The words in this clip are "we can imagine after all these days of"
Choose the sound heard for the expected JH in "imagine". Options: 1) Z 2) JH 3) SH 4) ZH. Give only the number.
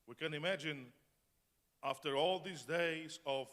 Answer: 2